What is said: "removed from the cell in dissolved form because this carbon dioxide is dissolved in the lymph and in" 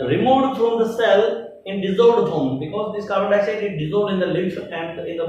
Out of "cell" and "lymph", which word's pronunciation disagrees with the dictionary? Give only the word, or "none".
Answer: lymph